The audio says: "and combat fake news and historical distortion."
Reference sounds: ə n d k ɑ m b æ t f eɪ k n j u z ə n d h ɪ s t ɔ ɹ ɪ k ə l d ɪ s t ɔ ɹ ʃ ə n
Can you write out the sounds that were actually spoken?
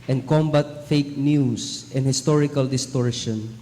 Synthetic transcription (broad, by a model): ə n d k ɑ m b æ t f eɪ k n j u s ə n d h ɪ s t ɔ ɹ ɪ k ə l d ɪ s t ɔ ɹ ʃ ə n